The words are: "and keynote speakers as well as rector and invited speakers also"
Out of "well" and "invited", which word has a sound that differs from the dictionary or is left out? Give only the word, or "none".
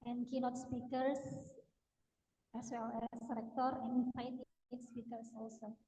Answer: invited